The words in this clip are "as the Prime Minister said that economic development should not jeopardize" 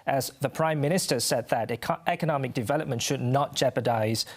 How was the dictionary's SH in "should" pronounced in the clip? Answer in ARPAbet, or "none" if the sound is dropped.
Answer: SH